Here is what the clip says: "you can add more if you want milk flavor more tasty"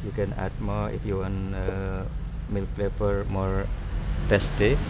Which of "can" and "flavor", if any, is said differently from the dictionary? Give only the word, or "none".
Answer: flavor